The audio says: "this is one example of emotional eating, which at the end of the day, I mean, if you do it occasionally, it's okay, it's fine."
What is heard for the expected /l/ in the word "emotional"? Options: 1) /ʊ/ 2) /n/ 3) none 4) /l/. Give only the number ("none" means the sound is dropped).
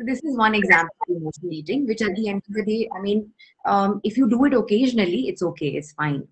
2